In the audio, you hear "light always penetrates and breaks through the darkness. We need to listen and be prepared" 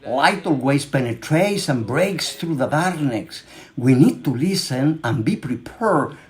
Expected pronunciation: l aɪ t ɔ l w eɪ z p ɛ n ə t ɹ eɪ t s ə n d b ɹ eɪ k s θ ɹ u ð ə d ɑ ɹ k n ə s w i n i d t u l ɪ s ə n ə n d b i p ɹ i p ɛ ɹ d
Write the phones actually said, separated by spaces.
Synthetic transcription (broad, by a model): l aɪ t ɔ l w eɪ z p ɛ n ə t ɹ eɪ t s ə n b ɹ eɪ k s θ ɹ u ð ə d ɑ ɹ n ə s w i n i d t u l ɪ s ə n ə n b i p ɹ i p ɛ ɹ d